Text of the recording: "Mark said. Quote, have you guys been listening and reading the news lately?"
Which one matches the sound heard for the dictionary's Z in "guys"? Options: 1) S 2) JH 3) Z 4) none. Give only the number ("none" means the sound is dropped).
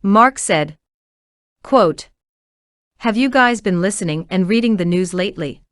3